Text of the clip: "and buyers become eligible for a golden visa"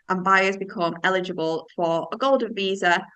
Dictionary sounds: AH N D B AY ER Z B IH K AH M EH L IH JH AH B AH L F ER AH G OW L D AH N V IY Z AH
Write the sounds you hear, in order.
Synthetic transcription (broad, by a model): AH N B AY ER Z B IH K AH M EH L IH JH AH B AH L F ER AH G OW L D AH N V IY Z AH